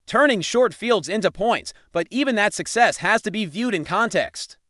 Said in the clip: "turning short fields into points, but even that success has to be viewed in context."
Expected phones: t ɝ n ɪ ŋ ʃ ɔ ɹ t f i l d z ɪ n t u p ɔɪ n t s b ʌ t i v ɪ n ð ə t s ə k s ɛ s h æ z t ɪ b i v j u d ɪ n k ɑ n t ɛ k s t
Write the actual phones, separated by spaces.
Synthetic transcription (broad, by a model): t ɝ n ɪ ŋ ʃ ɔ ɹ t f i l d z ɪ n t u p ɔɪ n t s b ʌ t i v ɪ n ð ə t s ə k s ɛ s h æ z t ɪ b i v j u d ɪ n k ɑ n t ɛ k s t